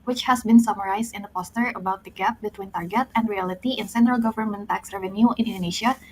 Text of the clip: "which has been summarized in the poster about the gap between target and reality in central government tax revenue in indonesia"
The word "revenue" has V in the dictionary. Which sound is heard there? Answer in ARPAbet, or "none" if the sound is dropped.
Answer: V